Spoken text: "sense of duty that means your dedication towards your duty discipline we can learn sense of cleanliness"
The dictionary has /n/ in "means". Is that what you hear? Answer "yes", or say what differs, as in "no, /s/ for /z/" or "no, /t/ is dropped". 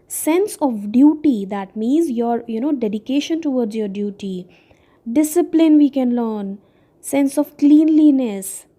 yes